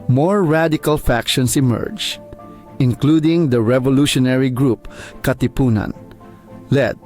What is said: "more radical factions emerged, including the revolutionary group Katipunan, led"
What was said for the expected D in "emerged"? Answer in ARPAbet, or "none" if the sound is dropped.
none